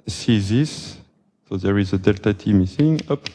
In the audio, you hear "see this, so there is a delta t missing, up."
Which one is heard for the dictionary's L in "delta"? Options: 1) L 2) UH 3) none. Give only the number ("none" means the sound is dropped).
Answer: 1